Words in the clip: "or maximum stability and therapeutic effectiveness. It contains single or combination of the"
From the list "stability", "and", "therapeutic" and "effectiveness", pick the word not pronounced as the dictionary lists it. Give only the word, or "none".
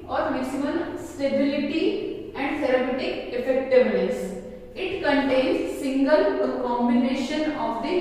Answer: therapeutic